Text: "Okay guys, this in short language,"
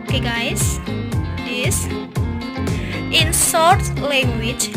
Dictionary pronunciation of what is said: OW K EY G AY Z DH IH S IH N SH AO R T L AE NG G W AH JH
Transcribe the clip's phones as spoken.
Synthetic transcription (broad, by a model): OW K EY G AY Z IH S IH N S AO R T L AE NG G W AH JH